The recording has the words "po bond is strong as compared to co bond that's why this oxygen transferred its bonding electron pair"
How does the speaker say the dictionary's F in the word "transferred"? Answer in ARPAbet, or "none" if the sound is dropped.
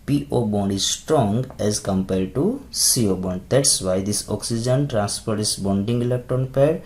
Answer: P